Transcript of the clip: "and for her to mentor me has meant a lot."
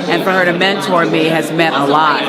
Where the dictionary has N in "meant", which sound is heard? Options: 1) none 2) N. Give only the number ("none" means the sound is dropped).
1